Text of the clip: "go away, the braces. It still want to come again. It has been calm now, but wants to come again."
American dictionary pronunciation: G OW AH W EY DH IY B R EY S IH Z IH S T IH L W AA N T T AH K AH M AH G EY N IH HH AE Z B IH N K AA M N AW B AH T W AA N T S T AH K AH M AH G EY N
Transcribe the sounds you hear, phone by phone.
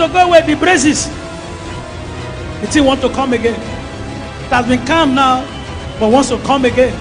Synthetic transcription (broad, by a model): G OW AH W EY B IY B R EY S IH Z IH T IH N W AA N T T AH K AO M AH G EY N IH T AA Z B IH N K AA M N AW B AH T W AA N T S T AH K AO M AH G EY N